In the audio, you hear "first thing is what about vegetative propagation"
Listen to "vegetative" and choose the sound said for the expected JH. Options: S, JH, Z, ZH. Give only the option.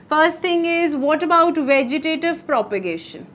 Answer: JH